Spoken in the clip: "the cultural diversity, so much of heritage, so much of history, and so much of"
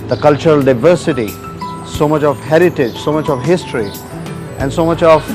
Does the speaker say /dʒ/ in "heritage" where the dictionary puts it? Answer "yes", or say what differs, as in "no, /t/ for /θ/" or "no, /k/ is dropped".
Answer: yes